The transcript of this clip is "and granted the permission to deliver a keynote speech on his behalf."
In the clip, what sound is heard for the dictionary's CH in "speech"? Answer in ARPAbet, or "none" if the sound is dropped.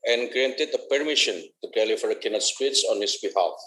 S